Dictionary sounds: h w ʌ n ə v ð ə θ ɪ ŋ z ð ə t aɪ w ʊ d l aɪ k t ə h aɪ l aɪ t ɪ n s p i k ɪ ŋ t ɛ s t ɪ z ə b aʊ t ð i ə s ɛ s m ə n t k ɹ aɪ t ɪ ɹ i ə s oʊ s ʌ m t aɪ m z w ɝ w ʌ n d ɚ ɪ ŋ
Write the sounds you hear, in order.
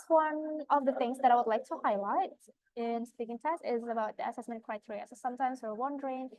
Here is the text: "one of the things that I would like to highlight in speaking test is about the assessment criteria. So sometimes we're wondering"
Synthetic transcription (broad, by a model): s w ʌ n ə v ð ə θ ɪ ŋ z ð ə t aɪ w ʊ d l aɪ k t ə h aɪ l aɪ t ɪ n s p i k ɪ ŋ t ɛ s t ɪ z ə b aʊ t ð i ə s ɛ s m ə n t k ɹ aɪ t ɪ ɹ i ə s oʊ s ʌ m t aɪ m z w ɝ w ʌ n d ɚ ɪ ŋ